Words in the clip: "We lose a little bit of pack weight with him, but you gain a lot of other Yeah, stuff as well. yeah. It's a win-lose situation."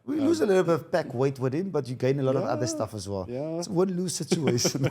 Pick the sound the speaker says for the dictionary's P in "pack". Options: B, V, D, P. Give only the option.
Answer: B